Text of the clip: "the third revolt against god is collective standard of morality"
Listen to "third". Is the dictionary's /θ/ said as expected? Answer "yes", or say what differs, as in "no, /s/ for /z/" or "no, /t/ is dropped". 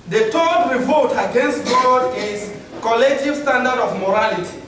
no, /t/ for /θ/